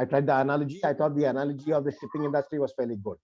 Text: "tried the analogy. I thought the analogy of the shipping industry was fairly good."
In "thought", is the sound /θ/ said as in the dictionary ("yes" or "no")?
no